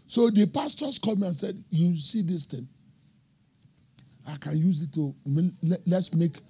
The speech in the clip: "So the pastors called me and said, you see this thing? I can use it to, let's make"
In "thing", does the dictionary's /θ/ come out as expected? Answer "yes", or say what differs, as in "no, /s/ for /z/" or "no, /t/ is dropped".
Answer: no, /t/ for /θ/